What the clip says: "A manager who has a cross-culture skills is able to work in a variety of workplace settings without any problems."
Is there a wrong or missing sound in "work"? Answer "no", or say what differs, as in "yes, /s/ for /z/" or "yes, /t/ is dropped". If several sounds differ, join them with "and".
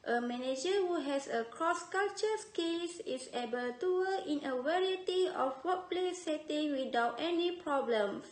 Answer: yes, /k/ is dropped